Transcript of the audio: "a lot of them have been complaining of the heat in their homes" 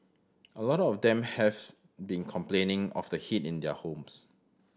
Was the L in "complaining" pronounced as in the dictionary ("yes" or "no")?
yes